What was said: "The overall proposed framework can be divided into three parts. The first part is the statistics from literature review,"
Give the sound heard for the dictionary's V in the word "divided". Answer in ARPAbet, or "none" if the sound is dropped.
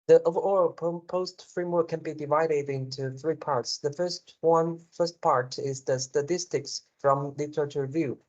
V